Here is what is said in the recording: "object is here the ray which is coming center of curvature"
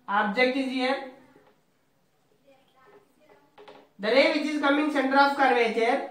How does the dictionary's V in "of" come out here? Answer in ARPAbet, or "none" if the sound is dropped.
P